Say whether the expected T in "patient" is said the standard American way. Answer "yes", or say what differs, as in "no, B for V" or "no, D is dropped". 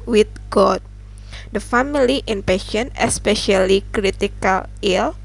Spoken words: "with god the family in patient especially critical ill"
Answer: no, T is dropped